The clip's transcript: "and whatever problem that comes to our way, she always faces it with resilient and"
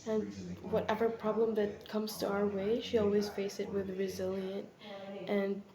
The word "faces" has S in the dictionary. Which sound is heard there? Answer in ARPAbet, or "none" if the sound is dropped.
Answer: none